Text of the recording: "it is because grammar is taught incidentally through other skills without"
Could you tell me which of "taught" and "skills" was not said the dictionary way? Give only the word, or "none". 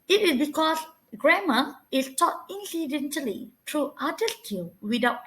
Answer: skills